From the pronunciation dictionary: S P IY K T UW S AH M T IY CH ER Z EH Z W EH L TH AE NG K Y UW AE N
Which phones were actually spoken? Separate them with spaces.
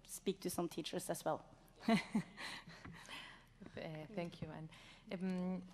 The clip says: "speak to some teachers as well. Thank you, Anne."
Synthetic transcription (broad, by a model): S P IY K T UW S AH M T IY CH ER S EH S W EH L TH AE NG K Y UW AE N